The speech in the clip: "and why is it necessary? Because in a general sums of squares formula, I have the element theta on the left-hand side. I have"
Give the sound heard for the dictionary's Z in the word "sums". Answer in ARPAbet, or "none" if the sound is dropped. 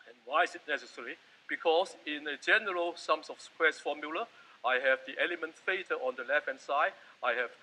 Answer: S